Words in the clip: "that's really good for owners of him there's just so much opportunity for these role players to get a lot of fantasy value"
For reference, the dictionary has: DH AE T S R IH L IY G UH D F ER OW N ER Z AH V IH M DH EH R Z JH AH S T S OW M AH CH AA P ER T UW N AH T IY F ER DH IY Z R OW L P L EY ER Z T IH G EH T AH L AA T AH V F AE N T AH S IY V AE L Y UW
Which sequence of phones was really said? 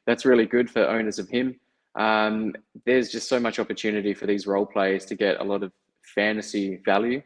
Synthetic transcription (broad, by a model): DH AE T S R IH L IY G UH D F ER OW N ER Z AH V IH M DH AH R Z JH AH S T S OW M AH CH AA P ER T UW N AH T IY F ER DH IY Z R OW L P L EY ER Z T IH G EH T AH L AA T AH V F AE N T AH S IY V AE L Y UW